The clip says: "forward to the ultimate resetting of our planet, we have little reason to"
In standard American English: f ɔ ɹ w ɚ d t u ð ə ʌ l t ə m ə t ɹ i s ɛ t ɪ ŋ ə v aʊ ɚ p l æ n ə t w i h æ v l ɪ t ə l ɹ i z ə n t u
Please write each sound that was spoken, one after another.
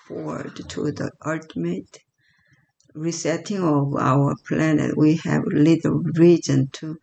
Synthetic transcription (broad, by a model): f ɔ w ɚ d t u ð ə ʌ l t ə m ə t ɹ i s ɛ t ɪ ŋ ə v aʊ ɚ p l æ n ə t w i h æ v l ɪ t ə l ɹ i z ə n t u